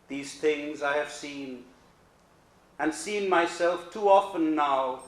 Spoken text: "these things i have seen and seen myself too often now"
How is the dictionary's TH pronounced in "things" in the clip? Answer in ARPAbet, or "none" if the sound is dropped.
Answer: TH